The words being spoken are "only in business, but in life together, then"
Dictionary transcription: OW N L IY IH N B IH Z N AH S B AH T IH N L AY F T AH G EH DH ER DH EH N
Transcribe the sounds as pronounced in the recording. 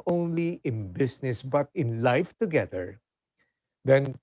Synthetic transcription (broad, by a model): OW N L IY IH N B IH S N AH S B AH T IH N L AY F T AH G EH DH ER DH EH N